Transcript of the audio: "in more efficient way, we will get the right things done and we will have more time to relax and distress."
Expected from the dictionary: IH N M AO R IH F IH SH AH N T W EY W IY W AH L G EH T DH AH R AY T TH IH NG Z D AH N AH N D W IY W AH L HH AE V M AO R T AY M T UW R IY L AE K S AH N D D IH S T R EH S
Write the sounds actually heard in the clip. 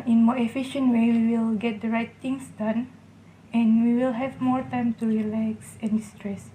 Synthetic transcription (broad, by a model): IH N M AO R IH F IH SH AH N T W EY W IY W AH L G EH T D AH R AY T T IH NG S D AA N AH N W IY W AH L HH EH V M AO R T AY M T UW R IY L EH K S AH N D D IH S T R EH S